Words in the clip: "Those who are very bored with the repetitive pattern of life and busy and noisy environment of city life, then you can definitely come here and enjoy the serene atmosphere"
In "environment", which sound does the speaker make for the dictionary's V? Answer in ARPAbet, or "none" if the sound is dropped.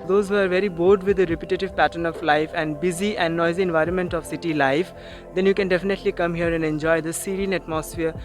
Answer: V